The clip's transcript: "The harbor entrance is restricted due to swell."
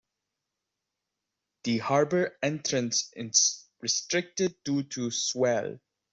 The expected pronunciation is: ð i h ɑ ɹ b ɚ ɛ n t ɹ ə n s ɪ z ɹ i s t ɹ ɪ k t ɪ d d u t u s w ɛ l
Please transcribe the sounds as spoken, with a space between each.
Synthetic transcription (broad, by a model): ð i h ɑ ɹ b ɚ ɛ n t ɹ ə n s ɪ s ɹ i s t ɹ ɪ k t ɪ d d u t u s w ɛ l